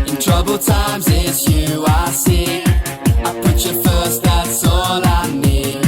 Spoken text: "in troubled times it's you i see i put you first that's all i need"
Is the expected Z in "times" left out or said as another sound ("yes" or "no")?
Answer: no